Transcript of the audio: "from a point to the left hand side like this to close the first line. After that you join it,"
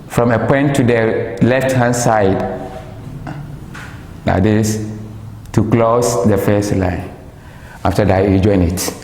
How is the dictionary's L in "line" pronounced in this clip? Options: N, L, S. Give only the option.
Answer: L